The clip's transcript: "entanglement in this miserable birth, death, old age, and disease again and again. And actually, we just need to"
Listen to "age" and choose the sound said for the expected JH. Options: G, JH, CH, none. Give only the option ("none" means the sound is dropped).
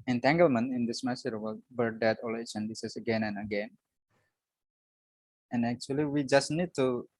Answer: CH